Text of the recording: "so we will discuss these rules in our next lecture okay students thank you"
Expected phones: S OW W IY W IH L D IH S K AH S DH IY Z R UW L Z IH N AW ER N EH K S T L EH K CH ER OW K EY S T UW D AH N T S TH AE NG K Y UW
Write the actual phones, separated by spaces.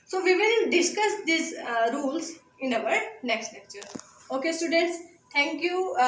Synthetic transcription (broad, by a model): S OW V IY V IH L D IH S K AH S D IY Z R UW L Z IH N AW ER N EH K S T L EH K CH ER OW K EY S T UW D AH N T S T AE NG K Y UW